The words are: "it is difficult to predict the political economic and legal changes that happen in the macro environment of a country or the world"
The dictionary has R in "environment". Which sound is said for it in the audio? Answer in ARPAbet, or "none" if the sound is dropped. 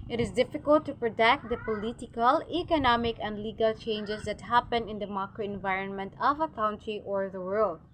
R